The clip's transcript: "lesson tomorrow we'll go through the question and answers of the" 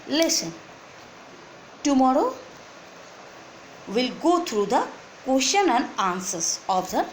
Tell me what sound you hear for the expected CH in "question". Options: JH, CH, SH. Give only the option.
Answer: SH